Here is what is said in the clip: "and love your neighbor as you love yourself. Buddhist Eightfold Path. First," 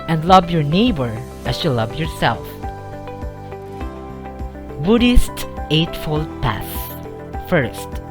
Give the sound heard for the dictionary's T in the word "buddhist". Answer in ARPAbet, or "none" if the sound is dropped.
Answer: T